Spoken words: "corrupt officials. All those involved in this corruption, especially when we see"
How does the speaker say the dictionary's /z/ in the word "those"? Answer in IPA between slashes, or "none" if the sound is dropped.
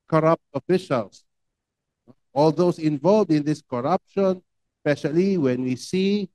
/s/